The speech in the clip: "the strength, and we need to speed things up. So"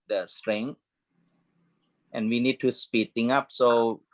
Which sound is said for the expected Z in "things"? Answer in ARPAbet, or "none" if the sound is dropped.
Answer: none